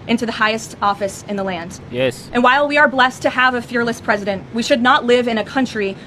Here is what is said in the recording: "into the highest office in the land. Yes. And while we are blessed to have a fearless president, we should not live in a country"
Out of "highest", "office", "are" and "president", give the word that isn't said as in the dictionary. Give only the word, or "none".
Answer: none